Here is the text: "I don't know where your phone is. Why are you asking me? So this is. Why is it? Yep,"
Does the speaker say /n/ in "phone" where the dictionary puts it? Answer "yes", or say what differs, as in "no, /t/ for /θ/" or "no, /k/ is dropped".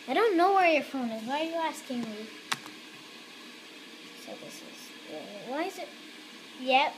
yes